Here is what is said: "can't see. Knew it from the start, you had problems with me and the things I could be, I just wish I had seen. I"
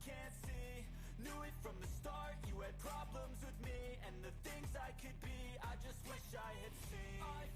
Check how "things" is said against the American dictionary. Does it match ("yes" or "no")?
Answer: yes